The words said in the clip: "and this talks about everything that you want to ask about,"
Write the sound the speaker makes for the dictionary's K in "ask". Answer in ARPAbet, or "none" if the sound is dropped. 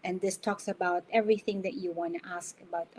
K